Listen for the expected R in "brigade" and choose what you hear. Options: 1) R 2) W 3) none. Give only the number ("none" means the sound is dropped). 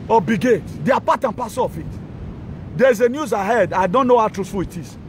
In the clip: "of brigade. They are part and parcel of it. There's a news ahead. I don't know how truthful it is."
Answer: 3